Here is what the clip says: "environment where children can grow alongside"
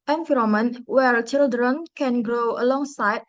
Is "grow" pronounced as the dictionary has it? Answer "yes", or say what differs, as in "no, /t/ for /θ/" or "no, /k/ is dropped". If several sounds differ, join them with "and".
yes